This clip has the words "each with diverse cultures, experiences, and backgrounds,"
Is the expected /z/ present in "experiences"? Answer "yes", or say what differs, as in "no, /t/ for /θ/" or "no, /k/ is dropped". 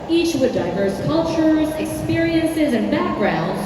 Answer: yes